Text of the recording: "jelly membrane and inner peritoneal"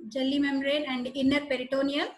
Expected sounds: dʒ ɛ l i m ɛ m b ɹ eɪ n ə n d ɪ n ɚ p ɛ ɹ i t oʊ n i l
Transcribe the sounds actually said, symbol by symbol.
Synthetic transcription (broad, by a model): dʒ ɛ l i m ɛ m ɹ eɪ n ə n d ɪ n ɚ p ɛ ɹ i t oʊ n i l